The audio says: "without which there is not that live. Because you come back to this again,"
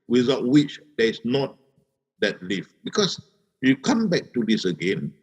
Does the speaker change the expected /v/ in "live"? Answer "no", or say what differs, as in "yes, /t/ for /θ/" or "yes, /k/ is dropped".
yes, /f/ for /v/